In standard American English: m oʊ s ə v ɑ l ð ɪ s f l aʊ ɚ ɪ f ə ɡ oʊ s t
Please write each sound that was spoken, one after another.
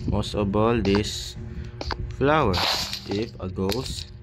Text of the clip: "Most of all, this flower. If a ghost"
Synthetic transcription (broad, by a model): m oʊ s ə b ɑ l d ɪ s f l aʊ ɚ ɪ f ə ɡ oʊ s